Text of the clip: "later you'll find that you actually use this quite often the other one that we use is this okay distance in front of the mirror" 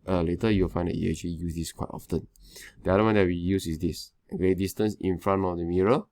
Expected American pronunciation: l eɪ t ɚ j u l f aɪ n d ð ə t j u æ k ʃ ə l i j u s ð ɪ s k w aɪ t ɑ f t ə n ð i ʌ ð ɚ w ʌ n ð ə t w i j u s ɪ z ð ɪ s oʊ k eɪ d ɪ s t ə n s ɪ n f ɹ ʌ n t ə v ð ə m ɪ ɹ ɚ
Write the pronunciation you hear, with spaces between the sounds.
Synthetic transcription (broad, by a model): l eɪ t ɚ j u w f aɪ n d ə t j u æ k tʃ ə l i j u s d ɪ s k w aɪ t ɑ f t ə n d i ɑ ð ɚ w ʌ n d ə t w i j u s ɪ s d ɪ s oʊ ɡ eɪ d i s t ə n s ɪ n f ɹ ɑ n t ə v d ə m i ɹ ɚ